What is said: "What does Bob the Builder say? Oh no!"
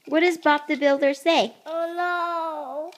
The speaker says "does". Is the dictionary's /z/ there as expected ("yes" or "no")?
yes